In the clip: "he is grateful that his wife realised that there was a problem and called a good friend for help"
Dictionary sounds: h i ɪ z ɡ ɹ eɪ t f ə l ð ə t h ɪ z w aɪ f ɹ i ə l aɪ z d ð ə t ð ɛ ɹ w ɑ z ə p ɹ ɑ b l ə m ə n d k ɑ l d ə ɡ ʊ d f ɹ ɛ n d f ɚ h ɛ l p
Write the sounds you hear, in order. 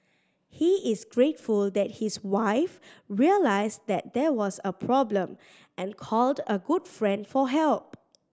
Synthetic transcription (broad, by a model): h i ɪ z ɡ ɹ eɪ t f ə l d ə t h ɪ s w aɪ f ɹ i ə l aɪ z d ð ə t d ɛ w ɑ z ə p ɹ ɑ b l ə m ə n k ɑ l d ə ɡ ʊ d f ɹ ɛ n d f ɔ h ɛ l p